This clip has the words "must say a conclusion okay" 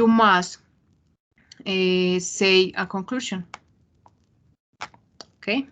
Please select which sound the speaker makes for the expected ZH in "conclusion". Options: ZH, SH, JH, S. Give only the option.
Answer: SH